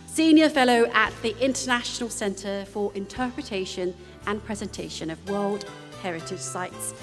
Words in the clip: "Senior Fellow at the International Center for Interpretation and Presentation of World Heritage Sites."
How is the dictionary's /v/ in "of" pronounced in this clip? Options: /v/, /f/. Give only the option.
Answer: /v/